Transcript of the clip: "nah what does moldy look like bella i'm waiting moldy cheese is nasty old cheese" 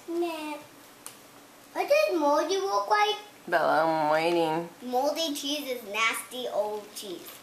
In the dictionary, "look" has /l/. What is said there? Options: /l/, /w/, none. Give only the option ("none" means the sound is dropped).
/w/